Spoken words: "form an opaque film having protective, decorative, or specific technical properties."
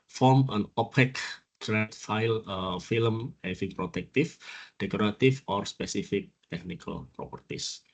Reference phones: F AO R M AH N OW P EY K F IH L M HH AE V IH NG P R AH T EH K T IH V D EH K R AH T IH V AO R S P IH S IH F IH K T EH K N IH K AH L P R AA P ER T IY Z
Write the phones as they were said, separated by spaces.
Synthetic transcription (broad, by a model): F AO R M AH N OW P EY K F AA L M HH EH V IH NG P R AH T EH K T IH F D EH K R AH T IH F AO R S P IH S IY F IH K T EH K N IH K AH L P R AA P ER T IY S